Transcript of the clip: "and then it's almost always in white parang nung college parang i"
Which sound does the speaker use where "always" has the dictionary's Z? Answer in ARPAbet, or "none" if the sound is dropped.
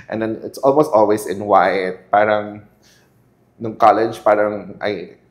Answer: S